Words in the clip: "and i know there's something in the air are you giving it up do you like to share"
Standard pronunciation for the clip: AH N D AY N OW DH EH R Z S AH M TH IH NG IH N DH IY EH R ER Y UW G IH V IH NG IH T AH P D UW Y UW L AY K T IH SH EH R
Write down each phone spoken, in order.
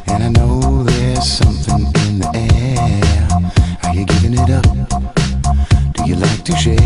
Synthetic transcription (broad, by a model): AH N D AY N OW DH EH R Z S AH M TH IH NG IH N DH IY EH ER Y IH G IH V IH NG IH T AH P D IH Y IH L AY K T IH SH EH